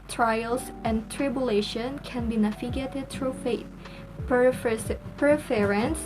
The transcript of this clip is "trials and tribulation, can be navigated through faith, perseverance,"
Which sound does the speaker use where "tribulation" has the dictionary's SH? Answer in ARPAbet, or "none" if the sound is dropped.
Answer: SH